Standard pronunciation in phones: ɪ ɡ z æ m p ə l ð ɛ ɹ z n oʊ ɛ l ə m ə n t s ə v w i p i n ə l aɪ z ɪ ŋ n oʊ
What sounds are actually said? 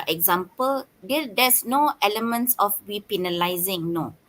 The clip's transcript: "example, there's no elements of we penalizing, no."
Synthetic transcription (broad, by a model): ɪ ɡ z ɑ m p ə l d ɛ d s n oʊ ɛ l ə m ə n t s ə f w i p i n ə l aɪ z ɪ ŋ n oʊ